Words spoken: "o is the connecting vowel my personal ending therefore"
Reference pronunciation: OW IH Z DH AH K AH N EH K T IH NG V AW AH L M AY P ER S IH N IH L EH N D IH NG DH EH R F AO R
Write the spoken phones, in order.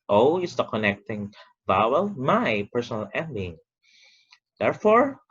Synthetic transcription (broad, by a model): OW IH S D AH K AH N EH K T IH NG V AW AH L M AY P ER S IH N IH L EH N D IH NG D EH R F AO R